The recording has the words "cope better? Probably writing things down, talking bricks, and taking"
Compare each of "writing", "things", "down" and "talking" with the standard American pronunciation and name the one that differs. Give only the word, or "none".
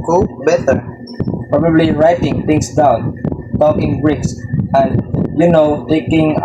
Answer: things